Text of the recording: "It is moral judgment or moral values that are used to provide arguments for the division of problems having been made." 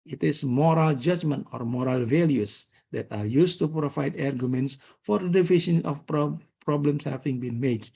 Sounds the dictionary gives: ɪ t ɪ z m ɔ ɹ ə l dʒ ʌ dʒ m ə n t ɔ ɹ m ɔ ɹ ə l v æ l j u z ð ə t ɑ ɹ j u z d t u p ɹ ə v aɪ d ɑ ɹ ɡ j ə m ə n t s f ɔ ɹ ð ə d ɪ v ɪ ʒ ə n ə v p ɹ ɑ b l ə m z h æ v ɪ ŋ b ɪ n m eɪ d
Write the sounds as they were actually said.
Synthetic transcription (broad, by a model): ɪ t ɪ s m ɔ ɹ ə l dʒ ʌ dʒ m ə n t ɔ ɹ m ɔ ɹ ə l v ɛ l j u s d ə t ɑ ɹ j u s t u p ɹ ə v aɪ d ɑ ɹ ɡ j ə m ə n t s f ɔ ɹ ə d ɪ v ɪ ʃ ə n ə p p ɹ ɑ b l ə m s h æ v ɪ ŋ b ɪ n m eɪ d